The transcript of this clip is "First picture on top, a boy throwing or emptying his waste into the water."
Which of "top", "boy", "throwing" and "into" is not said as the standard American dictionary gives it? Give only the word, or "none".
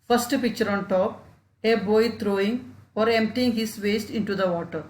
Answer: throwing